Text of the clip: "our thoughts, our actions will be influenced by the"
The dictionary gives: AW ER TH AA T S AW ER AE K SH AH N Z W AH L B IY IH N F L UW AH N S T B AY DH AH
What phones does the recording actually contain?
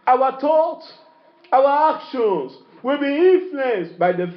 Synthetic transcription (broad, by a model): AW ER T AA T S AW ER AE K SH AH N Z W AH L B IY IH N F L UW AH N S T B AY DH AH